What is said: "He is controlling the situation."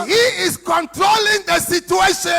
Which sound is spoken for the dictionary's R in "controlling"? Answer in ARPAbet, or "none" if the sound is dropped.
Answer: R